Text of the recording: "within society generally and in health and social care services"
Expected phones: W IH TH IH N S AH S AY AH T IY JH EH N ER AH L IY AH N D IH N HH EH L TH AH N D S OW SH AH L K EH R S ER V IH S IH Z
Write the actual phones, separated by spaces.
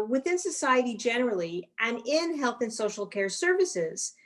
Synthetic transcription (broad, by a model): W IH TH IH N S AH S AY AH T IY JH EH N ER L IY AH N IH N HH EH L TH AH N S OW SH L K EH R S ER V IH S IH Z